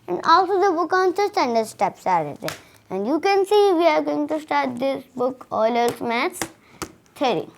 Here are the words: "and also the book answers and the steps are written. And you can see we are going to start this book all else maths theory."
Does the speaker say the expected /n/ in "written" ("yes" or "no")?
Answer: no